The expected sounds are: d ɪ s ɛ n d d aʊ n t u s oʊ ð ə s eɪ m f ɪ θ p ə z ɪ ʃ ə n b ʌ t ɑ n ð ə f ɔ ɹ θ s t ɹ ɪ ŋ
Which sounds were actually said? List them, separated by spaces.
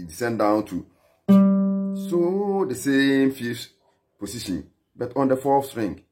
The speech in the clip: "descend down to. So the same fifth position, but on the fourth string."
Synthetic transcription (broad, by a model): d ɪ s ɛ n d d aʊ n t u s oʊ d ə s eɪ m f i p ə s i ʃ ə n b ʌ t ɑ n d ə f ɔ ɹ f s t ɹ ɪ ŋ